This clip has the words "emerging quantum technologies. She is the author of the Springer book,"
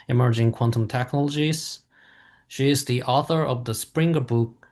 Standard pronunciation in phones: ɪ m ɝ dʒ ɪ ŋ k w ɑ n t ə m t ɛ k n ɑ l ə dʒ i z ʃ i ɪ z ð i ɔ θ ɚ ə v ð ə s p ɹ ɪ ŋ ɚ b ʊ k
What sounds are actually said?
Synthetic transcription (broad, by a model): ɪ m ɝ dʒ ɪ ŋ k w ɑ n t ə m t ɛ k n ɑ l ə dʒ i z ʃ i ɪ z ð i ɔ θ ɚ ə v ð ə s p ɹ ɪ ŋ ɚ b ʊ k